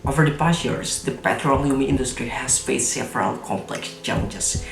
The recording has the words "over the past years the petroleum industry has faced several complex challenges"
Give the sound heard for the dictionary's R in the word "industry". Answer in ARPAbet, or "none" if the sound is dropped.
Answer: R